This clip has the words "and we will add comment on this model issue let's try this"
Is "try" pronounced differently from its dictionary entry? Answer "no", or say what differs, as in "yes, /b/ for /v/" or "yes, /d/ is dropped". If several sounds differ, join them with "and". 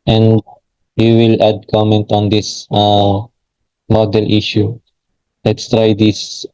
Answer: no